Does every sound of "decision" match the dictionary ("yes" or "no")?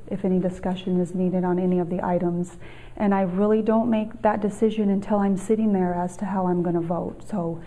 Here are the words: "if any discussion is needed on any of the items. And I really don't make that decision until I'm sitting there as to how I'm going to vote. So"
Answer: yes